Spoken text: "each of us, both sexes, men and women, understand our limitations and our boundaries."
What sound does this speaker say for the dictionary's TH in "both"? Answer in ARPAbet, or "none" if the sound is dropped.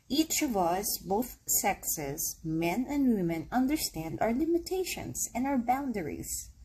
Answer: TH